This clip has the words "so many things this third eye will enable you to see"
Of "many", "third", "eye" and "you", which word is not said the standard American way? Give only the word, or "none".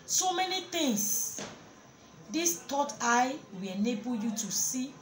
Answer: third